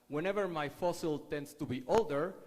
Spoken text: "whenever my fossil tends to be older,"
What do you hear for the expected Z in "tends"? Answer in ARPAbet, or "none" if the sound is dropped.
S